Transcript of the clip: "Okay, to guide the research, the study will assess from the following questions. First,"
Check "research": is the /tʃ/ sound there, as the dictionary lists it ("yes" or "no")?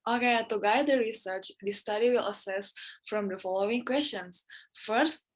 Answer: yes